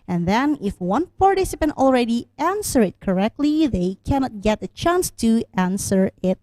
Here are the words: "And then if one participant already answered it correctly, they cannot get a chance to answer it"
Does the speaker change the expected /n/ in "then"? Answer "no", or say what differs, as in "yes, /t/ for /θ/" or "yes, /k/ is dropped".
no